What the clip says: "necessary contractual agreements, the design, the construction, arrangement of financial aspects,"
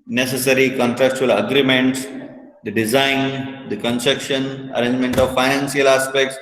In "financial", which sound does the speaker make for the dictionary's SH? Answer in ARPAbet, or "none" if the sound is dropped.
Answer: S